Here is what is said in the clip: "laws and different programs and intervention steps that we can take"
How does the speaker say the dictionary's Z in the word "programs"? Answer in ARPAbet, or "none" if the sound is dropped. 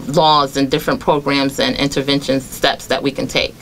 Z